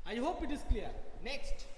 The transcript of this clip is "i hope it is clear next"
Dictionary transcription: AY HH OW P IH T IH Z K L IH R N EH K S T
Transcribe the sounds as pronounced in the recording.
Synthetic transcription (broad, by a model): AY HH OW P IH T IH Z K L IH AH N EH K S T